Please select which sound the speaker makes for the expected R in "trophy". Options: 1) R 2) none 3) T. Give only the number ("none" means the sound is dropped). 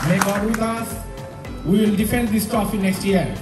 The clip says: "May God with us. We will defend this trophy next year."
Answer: 2